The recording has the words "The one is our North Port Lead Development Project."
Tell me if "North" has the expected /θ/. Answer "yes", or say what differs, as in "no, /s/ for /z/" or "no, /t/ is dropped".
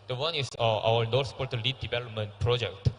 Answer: no, /s/ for /θ/